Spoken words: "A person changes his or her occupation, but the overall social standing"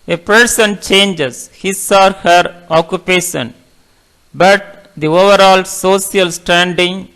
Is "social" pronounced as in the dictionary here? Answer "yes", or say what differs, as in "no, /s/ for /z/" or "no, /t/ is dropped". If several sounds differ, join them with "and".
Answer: no, /s/ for /ʃ/